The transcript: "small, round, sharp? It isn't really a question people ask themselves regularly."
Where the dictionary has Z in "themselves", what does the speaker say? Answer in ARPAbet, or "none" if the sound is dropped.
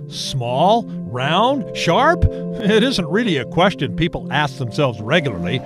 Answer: Z